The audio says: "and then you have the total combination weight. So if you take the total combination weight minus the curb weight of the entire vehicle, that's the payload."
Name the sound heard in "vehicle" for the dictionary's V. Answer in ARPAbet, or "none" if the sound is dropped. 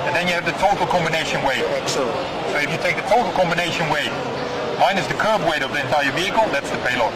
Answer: V